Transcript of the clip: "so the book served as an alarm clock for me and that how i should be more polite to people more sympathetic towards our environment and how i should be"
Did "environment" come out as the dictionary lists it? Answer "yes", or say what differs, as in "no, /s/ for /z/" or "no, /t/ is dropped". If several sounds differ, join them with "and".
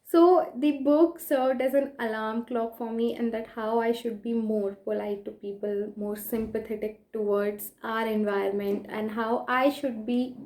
no, /ɹ/ is dropped